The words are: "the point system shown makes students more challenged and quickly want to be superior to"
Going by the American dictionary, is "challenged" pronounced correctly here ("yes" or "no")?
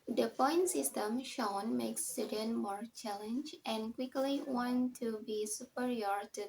no